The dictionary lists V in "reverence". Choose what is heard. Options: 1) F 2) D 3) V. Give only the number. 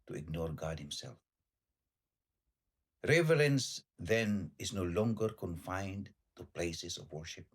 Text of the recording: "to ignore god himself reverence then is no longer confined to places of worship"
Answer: 3